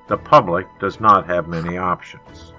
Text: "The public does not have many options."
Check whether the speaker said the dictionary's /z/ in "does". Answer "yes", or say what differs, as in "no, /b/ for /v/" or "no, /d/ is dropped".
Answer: yes